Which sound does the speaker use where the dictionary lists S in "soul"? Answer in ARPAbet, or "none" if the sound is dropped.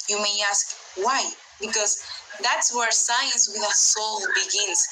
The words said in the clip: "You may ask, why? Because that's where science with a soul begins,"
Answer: S